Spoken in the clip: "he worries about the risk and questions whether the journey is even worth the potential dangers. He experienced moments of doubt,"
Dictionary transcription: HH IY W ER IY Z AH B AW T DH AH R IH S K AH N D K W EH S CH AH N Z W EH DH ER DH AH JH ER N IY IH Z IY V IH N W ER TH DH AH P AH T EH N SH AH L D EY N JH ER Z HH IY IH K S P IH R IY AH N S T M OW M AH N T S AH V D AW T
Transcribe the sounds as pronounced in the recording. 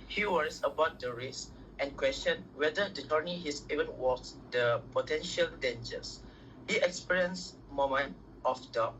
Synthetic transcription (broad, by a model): HH IY W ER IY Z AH B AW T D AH R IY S AH N K W EH S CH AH N W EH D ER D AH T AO N IY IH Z IY V IH N W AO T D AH P AH T EH N SH AH L D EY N JH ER S HH IY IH K S P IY R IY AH N S M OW M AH N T AH F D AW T